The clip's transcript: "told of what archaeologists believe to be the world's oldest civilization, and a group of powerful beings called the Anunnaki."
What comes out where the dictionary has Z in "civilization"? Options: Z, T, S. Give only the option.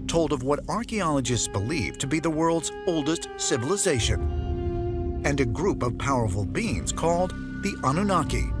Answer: Z